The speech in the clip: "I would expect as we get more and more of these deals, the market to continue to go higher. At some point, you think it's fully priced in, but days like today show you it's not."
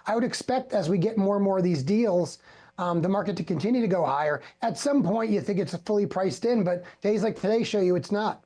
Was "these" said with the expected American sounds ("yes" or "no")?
yes